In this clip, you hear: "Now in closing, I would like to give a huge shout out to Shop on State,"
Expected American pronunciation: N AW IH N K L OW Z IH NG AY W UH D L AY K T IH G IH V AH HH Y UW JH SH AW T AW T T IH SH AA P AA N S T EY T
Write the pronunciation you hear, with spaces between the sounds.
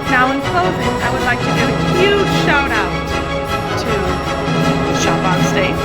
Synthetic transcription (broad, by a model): N AW IH N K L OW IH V AY W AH D L AY K T IH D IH AH HH Y UW JH SH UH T AW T T IH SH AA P AA N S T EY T